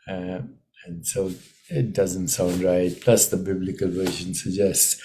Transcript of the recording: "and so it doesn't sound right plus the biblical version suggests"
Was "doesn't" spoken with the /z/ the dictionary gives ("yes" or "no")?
yes